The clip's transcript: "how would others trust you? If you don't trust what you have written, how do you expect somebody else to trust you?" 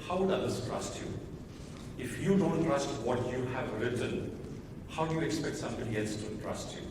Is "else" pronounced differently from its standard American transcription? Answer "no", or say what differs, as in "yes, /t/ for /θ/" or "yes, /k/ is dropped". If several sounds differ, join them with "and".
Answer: no